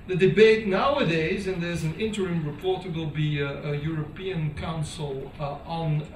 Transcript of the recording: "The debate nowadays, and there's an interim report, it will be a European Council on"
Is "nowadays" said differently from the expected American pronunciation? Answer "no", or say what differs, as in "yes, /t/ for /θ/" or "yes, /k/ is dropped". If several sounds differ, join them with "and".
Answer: no